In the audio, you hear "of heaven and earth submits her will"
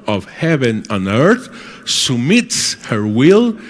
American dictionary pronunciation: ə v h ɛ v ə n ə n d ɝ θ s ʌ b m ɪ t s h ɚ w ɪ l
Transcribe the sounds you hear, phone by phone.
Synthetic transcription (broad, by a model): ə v h ɛ v ə n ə n ɝ θ s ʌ m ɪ t s h ɚ w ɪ l